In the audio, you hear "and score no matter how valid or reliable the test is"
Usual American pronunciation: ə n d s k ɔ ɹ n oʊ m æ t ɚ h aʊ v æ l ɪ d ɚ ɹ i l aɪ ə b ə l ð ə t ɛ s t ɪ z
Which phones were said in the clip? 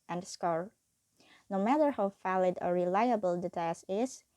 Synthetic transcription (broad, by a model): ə n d s k ɔ ɹ n oʊ m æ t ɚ h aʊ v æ l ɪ d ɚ ɹ i l aɪ ə b ə l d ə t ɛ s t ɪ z